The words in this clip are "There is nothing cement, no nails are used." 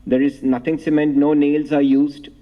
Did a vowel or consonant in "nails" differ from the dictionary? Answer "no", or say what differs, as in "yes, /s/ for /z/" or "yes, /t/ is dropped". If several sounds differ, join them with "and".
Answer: no